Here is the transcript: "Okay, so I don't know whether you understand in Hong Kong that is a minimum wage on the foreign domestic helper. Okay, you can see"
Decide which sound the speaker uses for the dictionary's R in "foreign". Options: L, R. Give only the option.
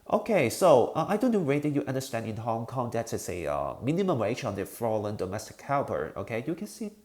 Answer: L